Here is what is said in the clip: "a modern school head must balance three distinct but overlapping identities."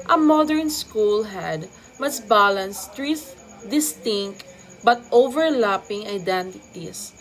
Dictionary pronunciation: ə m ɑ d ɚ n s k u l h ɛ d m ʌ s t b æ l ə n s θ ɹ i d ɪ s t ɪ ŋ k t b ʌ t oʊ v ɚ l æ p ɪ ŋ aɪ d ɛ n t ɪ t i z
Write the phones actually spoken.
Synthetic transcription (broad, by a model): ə m ɑ d ɚ n s k u l h ɛ d m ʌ s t b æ l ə n s t ɹ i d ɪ s t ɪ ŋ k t b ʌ t oʊ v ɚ l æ p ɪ ŋ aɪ d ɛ n t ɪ t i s